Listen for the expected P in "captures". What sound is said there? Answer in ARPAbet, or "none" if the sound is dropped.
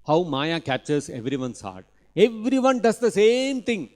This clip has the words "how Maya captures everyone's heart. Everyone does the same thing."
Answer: none